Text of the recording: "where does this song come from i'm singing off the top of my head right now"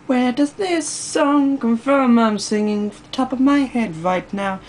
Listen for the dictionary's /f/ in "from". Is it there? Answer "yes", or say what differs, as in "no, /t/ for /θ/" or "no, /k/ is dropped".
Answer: yes